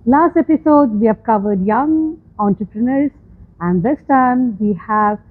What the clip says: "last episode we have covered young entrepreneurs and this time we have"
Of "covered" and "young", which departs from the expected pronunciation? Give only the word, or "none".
none